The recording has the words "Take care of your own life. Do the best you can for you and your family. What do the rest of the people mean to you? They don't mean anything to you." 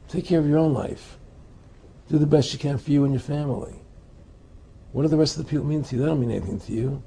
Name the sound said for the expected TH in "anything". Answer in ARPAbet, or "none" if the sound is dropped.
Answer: TH